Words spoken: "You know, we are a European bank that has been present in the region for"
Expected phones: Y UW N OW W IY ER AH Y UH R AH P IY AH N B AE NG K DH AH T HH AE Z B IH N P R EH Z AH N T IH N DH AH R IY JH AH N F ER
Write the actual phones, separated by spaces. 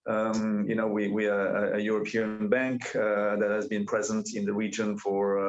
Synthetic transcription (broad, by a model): Y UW N OW W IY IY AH Y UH R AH P IY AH N B AE NG K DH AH T HH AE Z B IH N P R EH Z AH N T IH N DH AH R IY JH AH N F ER